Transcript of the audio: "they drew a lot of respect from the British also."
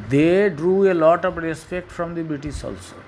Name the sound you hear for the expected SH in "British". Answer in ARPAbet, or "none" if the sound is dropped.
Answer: S